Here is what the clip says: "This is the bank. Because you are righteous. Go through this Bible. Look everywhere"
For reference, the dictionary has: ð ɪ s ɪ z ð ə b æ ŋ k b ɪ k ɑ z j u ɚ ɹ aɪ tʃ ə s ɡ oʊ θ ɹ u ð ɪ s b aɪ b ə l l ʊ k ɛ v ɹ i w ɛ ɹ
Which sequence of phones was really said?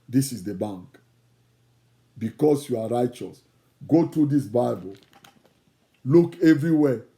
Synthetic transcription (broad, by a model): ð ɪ s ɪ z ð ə b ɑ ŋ k b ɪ k ɑ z j u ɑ ɹ aɪ tʃ ə s ɡ oʊ t ɹ u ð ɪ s b aɪ b ə l l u k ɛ v ɹ i w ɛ